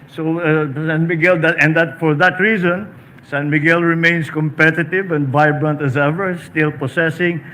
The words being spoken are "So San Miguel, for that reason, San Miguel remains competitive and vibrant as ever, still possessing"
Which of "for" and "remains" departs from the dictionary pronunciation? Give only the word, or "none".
remains